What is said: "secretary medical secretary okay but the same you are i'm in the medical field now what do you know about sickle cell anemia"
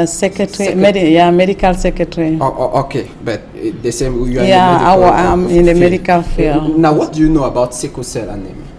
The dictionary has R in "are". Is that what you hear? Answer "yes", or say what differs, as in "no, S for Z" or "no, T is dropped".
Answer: no, W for R